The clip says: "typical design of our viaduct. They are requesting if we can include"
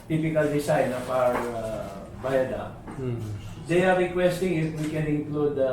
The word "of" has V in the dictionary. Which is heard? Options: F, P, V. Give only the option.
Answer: P